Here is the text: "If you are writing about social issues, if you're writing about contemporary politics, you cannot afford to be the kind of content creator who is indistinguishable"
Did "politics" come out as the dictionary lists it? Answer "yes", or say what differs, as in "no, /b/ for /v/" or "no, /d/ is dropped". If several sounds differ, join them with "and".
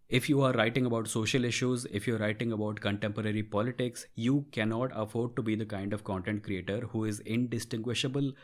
yes